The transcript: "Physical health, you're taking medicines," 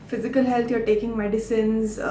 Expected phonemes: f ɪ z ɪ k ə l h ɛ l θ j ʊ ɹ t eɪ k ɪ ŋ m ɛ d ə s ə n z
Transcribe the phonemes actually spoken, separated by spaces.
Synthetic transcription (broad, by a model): f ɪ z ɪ k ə l h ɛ l t j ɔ ɹ t eɪ k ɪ ŋ m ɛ d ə s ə n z